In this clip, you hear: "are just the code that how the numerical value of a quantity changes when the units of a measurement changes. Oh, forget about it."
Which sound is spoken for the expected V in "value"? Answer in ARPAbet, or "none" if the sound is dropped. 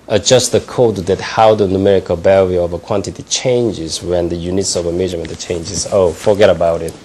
B